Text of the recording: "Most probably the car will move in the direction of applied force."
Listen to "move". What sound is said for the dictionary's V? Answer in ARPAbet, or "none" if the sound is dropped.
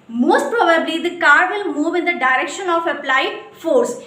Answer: V